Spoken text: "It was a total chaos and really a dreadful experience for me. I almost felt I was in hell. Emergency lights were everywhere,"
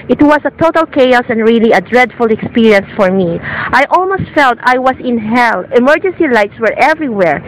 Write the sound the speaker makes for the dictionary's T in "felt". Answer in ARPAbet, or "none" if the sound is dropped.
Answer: T